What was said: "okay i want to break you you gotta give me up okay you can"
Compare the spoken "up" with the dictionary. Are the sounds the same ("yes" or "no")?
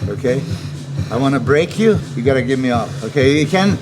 no